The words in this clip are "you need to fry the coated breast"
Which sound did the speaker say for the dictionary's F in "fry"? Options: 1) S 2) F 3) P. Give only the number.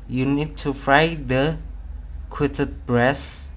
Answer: 2